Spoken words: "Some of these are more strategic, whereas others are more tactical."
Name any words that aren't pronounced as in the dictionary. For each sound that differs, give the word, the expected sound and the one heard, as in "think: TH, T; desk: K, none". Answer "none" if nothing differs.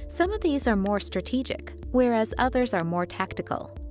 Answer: none